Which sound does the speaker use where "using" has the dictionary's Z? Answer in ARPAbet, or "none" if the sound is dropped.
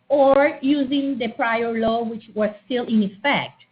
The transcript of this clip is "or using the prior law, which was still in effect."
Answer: Z